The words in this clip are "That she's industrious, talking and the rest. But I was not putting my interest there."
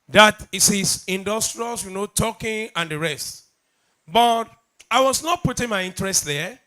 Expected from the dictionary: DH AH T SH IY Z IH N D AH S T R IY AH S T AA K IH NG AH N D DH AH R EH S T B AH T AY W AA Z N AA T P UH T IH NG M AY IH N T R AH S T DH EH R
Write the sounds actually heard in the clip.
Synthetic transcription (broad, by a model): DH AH T S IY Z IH N D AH S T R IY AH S T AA K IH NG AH N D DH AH R EH S T B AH T AY W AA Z N AA T P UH T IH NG M AY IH N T R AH S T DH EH